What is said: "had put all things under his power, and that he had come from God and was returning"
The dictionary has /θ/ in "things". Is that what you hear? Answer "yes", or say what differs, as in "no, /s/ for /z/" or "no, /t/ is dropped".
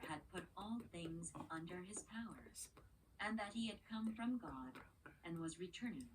yes